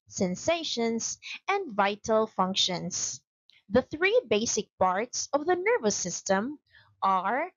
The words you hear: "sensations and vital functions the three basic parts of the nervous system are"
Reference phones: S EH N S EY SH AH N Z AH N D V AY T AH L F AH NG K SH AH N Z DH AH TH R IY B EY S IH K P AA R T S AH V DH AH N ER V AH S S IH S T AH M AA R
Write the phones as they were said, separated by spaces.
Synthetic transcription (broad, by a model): S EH N S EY SH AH N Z AH N D V AY T AH L F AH NG K SH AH N S DH AH TH R IY B EY S IH K P AA R T S AH V DH AH N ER V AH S S IH S T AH M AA R